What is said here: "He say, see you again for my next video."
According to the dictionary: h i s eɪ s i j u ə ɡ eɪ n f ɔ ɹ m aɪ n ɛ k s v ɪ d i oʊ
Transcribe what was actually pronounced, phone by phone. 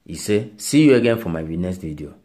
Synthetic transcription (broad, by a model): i s eɪ s i j u ə ɡ eɪ n f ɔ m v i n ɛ s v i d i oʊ